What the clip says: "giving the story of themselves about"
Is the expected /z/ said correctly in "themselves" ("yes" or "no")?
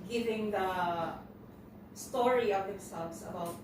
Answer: no